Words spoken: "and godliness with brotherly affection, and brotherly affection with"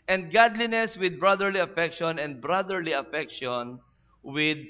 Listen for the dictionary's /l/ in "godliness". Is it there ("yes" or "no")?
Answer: yes